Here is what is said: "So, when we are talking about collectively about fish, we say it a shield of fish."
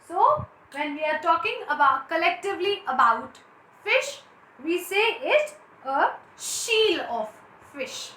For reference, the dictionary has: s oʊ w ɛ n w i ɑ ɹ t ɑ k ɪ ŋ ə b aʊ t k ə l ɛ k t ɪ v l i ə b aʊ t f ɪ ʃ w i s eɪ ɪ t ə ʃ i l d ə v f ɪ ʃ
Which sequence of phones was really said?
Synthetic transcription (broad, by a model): s oʊ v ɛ n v i ɑ ɹ t ɑ k ɪ ŋ ə b aʊ t k ə l ɛ k t ɪ v l i ə b aʊ t f ɪ ʃ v i s eɪ ɪ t ə ʃ i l ə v f ɪ ʃ